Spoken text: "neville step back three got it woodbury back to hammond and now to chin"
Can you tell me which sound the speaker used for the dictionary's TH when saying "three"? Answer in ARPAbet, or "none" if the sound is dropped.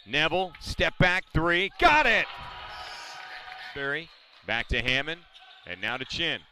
TH